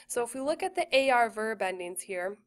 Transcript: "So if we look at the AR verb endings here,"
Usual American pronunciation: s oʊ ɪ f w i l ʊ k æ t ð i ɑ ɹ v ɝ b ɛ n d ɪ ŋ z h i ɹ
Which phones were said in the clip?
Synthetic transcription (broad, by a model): s oʊ ɪ f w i l ʊ k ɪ t ð i ɑ ɹ v ɝ b ɛ n d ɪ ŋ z h i ɹ